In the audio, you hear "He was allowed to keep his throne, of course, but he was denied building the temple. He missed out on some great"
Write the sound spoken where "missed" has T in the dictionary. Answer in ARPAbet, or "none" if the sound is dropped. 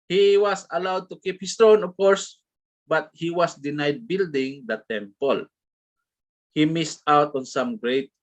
T